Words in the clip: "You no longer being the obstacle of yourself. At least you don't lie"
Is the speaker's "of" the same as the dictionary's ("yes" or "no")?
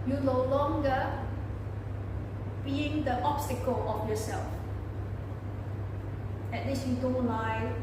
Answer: no